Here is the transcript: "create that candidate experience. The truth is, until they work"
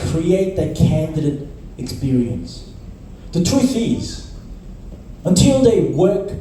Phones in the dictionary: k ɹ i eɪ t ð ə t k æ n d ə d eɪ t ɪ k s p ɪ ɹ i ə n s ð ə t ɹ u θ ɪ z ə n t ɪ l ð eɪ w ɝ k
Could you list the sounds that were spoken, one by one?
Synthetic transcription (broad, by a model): k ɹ i eɪ t ð ə t k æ n d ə d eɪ t ɪ k s p ɪ ɹ i ə n s ð ə t ɹ u θ ɪ z ə n t ɪ l ð eɪ w ɝ k